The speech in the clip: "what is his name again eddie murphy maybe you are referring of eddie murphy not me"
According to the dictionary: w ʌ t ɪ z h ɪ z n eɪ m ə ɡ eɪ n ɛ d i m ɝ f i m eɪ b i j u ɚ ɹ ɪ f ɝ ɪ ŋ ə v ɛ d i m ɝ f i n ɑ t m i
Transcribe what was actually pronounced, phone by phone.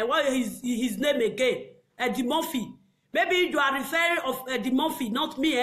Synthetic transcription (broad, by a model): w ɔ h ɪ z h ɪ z n eɪ m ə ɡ eɪ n ɛ d i m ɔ f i m eɪ b i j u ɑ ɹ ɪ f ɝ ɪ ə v ɛ d i m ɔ f i n ɑ t m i